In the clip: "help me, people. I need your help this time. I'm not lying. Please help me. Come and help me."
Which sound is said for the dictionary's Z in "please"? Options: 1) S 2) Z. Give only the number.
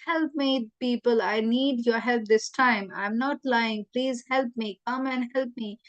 2